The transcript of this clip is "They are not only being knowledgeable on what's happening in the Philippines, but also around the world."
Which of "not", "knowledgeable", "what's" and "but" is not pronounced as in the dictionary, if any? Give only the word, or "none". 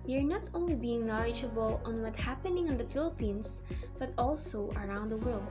what's